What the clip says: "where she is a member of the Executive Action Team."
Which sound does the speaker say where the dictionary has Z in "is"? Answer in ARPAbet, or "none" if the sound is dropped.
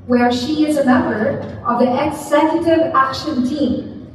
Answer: Z